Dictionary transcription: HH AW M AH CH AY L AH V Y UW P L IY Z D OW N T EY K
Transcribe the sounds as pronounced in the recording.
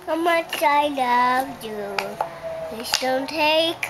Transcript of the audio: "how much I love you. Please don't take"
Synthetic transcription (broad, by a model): HH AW M AH CH AY L AH V Y UW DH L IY S D OW N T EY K